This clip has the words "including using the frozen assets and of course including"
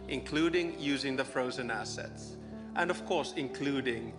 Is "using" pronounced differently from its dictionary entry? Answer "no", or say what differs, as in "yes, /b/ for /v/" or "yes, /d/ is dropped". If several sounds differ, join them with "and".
no